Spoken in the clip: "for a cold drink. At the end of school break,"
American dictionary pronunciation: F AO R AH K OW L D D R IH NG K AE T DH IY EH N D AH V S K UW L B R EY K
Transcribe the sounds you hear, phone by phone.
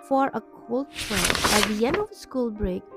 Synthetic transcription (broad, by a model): F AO R AH K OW L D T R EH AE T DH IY EH N D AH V S K UW L B R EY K